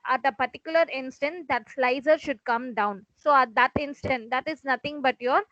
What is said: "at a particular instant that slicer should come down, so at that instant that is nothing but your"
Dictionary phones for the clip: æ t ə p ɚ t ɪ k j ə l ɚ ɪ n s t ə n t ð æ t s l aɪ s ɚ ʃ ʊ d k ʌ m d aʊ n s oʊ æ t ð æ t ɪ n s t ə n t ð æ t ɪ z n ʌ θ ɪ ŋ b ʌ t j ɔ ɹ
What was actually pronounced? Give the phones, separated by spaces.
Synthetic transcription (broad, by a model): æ t ə p ɚ t ɪ k j ə l ɚ ɪ n s t ə n t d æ t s l aɪ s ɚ ʃ ʊ d k ʌ m d aʊ n s oʊ æ t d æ t ɪ n s t ə n t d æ t ɪ z n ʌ t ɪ ŋ b ʌ t j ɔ ɹ